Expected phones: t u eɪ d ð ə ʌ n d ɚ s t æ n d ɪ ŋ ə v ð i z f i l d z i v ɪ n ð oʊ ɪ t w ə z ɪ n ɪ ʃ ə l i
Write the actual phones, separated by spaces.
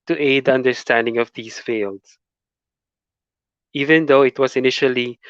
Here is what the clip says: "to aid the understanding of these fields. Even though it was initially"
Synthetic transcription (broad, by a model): t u eɪ d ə ʌ n d ɚ s t æ n d ɪ ŋ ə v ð i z f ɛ l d s i v ɪ n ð oʊ ɪ t w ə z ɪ n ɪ ʃ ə l i